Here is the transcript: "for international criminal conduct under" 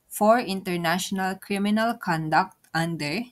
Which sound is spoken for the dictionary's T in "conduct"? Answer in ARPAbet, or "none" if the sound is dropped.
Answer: T